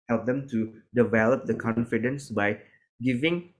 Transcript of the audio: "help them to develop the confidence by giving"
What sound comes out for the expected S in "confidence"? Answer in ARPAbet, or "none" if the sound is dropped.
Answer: S